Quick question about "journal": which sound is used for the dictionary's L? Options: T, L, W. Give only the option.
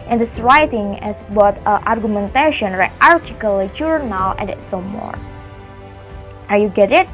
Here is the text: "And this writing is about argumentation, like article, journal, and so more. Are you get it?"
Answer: W